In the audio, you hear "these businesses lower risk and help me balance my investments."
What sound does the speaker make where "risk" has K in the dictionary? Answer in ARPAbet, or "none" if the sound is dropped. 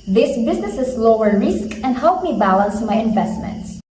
K